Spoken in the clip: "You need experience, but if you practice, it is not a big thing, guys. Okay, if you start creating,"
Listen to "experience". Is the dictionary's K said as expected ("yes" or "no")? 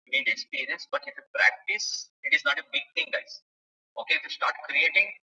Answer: no